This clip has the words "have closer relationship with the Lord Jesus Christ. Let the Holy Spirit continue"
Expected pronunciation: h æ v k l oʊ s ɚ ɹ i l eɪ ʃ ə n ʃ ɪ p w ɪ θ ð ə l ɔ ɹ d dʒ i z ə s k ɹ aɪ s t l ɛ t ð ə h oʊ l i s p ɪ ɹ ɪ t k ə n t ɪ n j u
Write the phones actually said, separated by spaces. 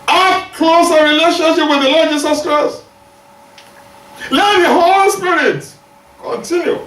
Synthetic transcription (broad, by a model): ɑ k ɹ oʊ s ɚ ɹ i l eɪ ʃ ə n ʃ ɪ p w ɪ ð ə l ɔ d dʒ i s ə s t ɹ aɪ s l ɛ t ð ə h oʊ l i s p ɪ ɹ ɪ t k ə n t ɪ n j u